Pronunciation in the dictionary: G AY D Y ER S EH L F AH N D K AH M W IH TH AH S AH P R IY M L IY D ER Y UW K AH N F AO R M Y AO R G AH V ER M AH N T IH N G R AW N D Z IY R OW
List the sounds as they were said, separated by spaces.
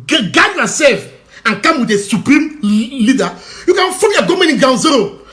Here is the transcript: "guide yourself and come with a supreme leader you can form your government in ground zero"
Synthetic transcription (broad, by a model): G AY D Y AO S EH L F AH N K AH M W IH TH AH S AH P R IY M L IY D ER Y UW K AH N F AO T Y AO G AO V M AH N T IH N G AW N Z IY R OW